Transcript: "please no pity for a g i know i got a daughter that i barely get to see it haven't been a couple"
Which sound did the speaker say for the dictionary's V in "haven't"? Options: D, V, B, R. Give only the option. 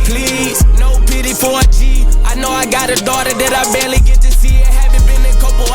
B